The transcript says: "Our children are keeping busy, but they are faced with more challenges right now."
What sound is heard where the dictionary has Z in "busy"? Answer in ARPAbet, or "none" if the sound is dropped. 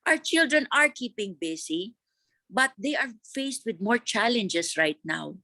S